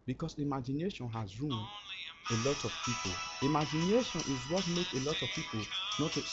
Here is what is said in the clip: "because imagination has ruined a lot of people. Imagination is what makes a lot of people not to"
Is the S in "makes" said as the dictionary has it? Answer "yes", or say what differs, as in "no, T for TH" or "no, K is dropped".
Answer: no, S is dropped